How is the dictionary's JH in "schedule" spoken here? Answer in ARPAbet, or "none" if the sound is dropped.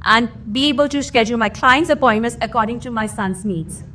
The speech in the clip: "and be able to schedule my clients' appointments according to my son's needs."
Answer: JH